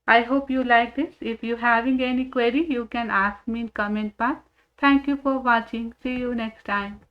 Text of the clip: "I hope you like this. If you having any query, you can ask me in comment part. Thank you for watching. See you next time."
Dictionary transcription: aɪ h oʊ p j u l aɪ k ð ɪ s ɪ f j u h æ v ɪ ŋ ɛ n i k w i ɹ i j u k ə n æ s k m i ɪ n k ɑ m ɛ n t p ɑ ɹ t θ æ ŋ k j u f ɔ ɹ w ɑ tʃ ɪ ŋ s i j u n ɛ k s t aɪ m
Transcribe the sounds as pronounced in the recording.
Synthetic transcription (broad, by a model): aɪ h oʊ p j u l aɪ k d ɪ s ɪ f j u h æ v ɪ ŋ ɛ n i k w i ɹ i j u k ə n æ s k m i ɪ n k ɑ m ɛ n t b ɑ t t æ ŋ k j u f ɔ ɹ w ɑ tʃ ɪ ŋ s i j u n ɛ k s t aɪ m